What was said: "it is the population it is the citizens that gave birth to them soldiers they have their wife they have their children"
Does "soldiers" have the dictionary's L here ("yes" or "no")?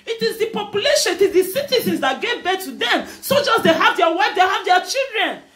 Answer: no